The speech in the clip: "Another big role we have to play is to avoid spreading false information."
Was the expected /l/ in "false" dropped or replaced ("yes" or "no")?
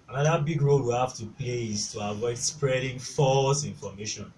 no